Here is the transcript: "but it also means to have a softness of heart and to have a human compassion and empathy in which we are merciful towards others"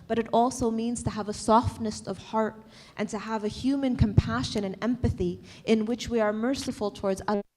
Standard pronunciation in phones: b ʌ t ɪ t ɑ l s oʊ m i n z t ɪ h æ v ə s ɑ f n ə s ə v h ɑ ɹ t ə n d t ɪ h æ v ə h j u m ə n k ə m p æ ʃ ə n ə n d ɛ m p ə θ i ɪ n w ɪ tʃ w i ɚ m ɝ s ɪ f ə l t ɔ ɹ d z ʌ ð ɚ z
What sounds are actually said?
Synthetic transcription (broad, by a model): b ʌ t ɪ t ɑ l s oʊ m i n z t ɪ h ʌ v ə s ɑ f n ə s ə v h ɑ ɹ t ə n t ɪ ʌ v ə h j u m ə n k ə m p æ ʃ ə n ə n ɛ m p ə θ i ɪ n w ɪ tʃ w i ɚ m ɝ s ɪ f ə l t ɔ ɹ d z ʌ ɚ